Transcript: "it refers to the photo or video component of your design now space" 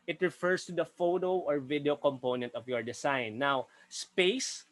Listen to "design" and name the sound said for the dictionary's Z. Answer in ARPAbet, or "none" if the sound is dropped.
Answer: S